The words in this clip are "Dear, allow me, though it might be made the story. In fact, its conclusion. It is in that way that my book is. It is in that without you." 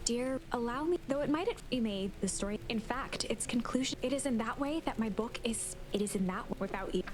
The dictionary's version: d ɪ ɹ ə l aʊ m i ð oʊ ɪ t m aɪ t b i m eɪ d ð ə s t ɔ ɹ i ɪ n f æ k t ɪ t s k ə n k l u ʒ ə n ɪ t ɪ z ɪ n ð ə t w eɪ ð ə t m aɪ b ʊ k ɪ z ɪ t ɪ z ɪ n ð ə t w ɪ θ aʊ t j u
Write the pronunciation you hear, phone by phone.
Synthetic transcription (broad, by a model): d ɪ ɹ ə l aʊ m i ð oʊ ɪ t m aɪ t b i m eɪ d ð ə s t ɔ ɹ i ɪ n f æ k t ɪ t s k n k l u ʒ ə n ɪ t ɪ z ɪ n ð ə t w eɪ ð ə t m aɪ b ʊ k ɪ z ɪ t ɪ z ɪ n ð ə t w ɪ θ aʊ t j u